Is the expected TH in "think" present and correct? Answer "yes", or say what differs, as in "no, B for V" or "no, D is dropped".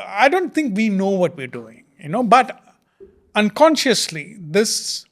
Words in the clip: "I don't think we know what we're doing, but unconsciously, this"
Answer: no, T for TH